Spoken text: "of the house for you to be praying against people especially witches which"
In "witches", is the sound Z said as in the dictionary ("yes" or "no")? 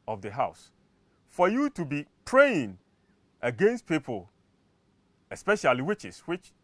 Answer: no